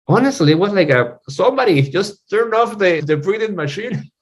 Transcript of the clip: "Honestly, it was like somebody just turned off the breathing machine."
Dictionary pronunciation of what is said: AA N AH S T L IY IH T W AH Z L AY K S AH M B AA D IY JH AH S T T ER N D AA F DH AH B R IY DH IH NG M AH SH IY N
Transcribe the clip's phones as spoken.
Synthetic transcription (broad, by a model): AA N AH S T L IY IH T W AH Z L AY K S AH M B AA D IY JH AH S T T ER N AA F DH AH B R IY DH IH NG M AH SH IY N